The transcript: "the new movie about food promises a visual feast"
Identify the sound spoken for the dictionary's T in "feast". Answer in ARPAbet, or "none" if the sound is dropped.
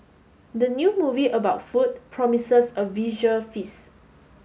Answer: none